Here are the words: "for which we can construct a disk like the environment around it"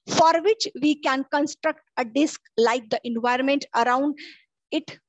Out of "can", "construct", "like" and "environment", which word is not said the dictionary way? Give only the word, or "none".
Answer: none